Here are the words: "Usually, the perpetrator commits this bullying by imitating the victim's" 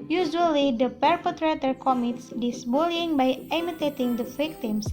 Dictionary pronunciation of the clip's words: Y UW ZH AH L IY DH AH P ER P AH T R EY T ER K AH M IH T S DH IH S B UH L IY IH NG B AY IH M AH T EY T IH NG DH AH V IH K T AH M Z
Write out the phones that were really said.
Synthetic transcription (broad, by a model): Y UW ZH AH L IY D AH P ER P AH T R EY T ER K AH M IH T S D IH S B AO L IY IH NG B AY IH M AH T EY T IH NG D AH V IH K T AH M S